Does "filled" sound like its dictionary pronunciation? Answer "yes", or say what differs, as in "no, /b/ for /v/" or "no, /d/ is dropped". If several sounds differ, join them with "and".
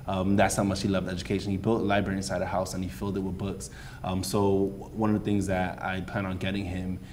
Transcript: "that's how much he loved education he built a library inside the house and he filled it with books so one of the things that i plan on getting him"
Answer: yes